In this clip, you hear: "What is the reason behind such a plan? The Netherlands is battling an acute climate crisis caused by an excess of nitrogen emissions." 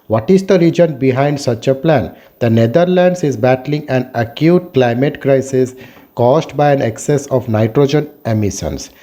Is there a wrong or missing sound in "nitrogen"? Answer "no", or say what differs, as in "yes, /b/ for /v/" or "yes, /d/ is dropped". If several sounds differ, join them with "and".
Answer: no